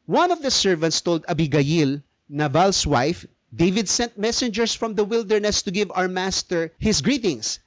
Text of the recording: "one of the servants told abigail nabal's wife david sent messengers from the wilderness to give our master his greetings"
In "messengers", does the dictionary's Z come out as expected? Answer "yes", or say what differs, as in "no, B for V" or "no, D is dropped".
no, S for Z